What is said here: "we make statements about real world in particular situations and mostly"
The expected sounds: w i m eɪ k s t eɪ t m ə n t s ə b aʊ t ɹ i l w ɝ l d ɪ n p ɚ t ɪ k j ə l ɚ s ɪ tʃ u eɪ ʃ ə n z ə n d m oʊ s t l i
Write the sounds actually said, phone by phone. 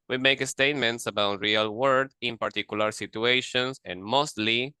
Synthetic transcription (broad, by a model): w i m eɪ k s t eɪ t m ə n t s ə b aʊ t ɹ i l w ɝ d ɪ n p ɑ t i k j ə l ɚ s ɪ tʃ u eɪ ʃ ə n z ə n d m oʊ s t l i